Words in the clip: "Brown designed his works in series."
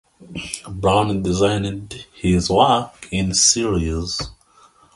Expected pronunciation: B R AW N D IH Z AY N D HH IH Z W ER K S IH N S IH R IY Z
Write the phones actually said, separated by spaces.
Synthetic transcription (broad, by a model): B R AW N D IH Z AY N D HH IH Z W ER K IH N S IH R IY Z